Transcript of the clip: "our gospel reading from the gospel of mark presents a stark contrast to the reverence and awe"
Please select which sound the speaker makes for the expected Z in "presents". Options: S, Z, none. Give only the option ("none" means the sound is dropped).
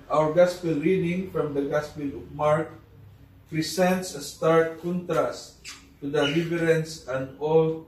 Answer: S